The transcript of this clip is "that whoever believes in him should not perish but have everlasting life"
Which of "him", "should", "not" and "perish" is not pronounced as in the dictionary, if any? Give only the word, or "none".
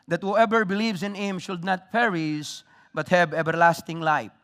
perish